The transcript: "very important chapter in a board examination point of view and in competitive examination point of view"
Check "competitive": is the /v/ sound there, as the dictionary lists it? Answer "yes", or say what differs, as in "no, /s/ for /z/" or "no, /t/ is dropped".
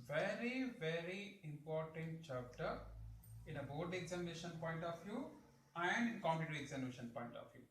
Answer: no, /v/ is dropped